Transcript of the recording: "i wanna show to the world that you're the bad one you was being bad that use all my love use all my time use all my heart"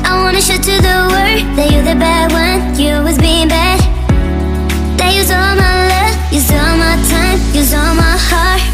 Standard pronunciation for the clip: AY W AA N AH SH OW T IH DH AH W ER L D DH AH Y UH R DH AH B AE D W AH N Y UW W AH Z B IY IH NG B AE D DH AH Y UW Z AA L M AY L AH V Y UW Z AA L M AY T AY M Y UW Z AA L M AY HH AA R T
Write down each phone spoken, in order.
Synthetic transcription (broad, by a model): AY W AA N AH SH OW T IH DH AH W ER D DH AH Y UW DH AH B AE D W AH N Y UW W AH Z B IY IH NG B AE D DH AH Y UW Z AA L M AY L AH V Y UW Z AA L M AY T AY M Y UW Z AA L M AY HH AA R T